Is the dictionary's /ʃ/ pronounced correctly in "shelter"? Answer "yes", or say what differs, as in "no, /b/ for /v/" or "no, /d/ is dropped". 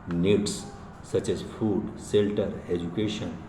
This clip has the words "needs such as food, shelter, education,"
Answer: no, /s/ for /ʃ/